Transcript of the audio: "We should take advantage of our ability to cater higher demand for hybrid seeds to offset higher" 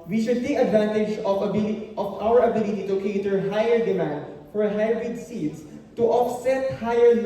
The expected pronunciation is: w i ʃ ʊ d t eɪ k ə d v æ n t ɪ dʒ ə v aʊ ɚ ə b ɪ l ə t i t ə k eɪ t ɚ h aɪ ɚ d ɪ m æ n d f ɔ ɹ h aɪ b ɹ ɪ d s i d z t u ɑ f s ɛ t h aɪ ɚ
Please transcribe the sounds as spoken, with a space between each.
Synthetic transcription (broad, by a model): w i ʃ ʊ d t eɪ k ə d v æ n t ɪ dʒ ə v aʊ ɚ ə b ɪ l ə t i t ə k eɪ t ɚ h aɪ ɚ d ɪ m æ n d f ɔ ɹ h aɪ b ɪ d s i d s t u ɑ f s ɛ t h aɪ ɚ